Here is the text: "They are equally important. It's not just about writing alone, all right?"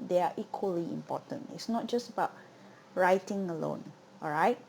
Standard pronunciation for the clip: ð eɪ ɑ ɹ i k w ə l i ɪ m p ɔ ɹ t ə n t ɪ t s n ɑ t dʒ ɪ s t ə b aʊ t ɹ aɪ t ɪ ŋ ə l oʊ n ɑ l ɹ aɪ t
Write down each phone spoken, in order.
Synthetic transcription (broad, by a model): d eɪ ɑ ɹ i k w ə l i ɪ m p ɔ t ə n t ɪ t s n ɑ t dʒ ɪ s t ə b aʊ t ɹ aɪ t ɪ ŋ ə l oʊ n ɑ l ɹ aɪ t